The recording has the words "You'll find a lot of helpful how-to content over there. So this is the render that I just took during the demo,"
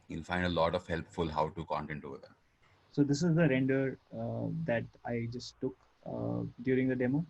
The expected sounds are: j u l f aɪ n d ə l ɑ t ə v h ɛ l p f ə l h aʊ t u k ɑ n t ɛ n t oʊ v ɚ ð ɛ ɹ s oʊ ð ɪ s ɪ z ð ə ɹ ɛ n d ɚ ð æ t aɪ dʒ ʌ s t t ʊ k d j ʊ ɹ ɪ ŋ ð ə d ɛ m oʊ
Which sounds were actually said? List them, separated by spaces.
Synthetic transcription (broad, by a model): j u l f aɪ n d ə l ɑ t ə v h ɛ l p f ə l h aʊ t u k ɑ n t ɛ n t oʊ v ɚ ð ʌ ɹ s oʊ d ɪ s ɪ z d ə ɹ ɛ n d ɚ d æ t aɪ dʒ ʌ s t t ʊ k d j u ɹ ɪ ŋ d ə d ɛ m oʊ